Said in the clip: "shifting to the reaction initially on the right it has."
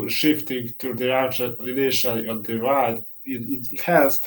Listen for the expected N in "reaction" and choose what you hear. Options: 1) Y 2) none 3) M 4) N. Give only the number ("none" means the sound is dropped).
2